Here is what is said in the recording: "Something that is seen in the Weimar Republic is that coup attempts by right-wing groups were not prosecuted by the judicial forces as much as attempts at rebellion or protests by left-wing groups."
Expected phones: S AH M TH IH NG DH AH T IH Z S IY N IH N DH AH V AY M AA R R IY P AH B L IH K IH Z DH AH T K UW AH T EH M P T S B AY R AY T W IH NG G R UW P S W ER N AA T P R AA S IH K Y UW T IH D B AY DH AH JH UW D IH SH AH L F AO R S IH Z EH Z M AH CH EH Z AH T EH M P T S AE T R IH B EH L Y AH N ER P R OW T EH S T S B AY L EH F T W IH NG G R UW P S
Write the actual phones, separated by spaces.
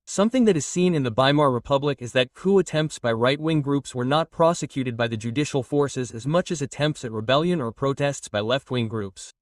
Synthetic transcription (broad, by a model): S AH M TH IH NG DH AH T IH Z S IY N IH N DH AH B AY M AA R R IY P AH B L IH K IH Z DH AH T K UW AH T EH M P T S B AY R AY T W IH NG G R UW P S W ER N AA T P R AA S IH K Y UW T IH D B AY DH AH JH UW D IH SH L F AO R S IH Z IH Z M AH CH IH Z AH T EH M P T S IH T R IH B EH L Y AH N ER P R OW T EH S T S B AY L EH F T W IH NG G R UW P S